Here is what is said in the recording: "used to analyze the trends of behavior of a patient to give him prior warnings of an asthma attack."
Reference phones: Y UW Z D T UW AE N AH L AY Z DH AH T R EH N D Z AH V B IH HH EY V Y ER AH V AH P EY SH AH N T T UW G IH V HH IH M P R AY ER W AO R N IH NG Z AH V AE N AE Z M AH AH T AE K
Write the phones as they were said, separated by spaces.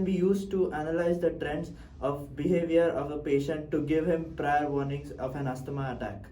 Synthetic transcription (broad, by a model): Y UW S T T UW AE N AH L AY Z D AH T R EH N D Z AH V B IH HH EY V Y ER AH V AH P EY SH AH N T T UW G IH V HH IH M P R AY ER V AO R N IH NG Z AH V AE N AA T M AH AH T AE K